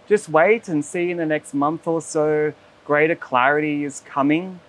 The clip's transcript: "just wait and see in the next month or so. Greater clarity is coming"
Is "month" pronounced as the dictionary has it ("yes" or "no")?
yes